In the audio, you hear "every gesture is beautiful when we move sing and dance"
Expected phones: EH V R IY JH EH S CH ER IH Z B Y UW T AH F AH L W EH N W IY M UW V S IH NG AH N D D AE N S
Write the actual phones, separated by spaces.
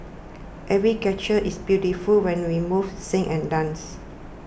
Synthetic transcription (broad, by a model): EH V R IY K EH CH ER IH S B Y UW T AH F AH L W EH N W IY M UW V S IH NG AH N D D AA N S